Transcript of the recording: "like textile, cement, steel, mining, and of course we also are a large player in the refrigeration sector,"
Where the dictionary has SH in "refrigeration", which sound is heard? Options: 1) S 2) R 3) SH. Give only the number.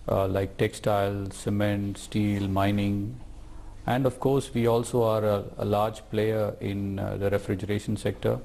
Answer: 3